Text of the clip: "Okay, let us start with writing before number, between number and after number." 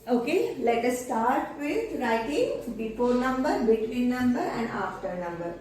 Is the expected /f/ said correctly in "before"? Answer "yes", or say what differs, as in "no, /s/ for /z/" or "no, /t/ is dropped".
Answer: no, /p/ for /f/